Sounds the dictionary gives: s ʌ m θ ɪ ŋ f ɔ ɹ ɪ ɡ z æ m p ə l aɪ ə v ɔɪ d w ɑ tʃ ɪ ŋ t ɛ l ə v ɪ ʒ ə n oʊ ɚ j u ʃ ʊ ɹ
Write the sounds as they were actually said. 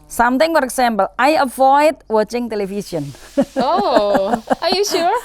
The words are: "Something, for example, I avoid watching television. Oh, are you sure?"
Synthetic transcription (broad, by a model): s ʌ m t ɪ ŋ f ɔ ɹ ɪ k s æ m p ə l aɪ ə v ɔɪ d w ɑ tʃ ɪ ŋ t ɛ l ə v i s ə n oʊ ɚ j u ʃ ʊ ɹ